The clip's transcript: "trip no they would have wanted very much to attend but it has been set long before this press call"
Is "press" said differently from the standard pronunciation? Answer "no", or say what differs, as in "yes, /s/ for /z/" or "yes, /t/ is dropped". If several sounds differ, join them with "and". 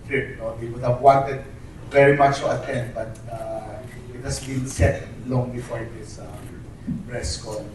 yes, /b/ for /p/